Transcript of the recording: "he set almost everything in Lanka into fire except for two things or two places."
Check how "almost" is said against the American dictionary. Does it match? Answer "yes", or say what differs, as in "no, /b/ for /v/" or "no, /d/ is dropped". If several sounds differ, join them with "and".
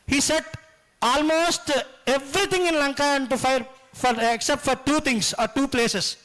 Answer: yes